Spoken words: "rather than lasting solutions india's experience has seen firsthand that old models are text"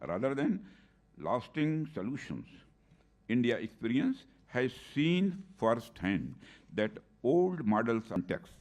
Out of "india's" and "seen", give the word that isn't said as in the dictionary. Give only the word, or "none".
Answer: india's